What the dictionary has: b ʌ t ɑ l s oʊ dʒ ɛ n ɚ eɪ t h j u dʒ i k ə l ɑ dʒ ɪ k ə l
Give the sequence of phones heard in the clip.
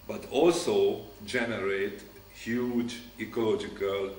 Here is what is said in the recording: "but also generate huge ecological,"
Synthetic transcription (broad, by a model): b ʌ t ɑ l s oʊ dʒ ɛ n ɚ eɪ t h j u dʒ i k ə l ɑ dʒ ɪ k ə l